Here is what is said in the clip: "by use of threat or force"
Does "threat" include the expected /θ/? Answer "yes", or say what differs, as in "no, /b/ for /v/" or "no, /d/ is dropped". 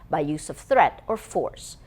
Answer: yes